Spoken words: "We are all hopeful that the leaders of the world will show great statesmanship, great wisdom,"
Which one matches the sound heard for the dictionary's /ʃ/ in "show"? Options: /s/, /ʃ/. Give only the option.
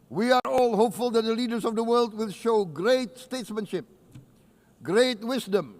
/ʃ/